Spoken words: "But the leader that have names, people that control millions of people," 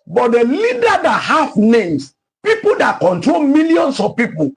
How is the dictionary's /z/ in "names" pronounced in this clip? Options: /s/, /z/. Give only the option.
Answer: /s/